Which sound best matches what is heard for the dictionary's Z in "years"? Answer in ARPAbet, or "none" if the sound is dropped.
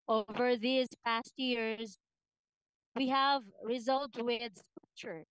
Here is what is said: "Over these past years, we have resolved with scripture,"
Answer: Z